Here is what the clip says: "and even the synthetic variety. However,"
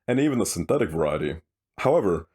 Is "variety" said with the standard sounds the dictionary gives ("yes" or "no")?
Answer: yes